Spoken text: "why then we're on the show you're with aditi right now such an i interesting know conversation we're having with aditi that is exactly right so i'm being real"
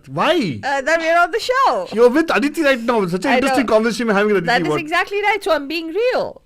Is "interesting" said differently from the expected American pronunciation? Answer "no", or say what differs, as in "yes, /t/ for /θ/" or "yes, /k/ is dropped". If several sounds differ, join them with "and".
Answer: yes, /n/ is dropped